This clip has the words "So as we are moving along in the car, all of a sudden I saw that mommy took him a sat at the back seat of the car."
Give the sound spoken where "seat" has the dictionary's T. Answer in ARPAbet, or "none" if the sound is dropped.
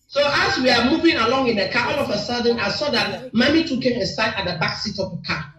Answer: T